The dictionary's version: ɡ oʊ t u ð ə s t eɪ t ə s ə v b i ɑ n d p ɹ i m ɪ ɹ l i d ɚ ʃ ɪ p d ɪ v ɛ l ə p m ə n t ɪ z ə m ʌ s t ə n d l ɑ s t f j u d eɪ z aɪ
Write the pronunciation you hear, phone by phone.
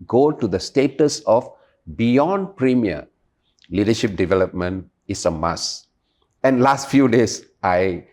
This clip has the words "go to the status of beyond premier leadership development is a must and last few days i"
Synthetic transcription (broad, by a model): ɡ oʊ t u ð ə s t eɪ t ə s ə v b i ɑ n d p ɹ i m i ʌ l i d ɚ ʃ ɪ p d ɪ v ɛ l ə p m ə n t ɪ s ə m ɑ s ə n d l ɑ s t f j u d eɪ s aɪ